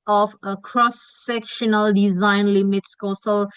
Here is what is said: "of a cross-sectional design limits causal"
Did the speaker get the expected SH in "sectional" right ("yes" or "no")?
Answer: yes